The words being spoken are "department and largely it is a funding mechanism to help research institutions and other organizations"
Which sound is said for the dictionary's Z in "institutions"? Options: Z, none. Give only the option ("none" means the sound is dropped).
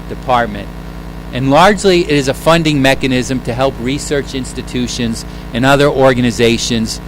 Z